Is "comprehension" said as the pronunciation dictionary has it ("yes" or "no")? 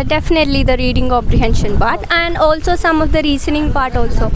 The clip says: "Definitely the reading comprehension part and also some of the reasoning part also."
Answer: no